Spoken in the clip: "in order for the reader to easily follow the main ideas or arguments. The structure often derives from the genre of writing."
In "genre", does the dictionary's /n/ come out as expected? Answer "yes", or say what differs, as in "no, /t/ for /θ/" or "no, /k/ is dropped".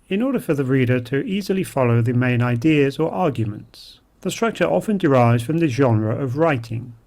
yes